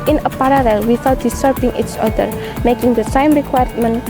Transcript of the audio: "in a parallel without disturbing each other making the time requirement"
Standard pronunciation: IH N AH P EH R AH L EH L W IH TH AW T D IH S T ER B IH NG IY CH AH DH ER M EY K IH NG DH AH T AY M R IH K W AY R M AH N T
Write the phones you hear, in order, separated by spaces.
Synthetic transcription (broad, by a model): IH N AH P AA R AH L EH L W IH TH AW T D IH S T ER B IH NG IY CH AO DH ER M EY K IH NG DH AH S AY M R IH K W AY M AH N